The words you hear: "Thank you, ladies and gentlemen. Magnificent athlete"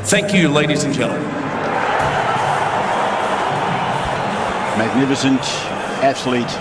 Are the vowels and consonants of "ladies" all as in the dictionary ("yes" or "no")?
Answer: yes